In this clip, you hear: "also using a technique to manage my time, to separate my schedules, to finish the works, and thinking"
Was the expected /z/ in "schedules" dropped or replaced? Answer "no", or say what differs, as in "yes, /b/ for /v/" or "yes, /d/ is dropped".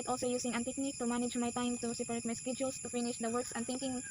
yes, /s/ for /z/